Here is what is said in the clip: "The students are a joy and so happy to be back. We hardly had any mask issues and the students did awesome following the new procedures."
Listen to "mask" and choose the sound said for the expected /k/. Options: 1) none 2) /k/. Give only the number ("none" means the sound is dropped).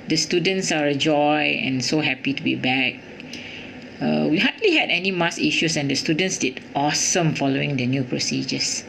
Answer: 1